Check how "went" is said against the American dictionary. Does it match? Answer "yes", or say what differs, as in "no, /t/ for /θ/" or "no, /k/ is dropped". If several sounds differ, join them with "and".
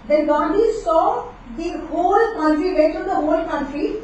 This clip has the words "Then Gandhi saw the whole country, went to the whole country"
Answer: no, /n/ is dropped